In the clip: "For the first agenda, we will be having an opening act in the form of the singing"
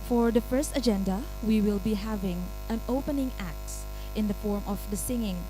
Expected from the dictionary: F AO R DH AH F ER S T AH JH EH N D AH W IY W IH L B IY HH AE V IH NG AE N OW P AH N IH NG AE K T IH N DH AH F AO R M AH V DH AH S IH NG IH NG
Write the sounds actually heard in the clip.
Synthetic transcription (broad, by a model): F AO R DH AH F ER S T AH JH EH N D AH W IY W IH L B IY HH AE V IH NG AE N OW P AH N IH NG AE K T IH N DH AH F AO R M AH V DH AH S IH NG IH NG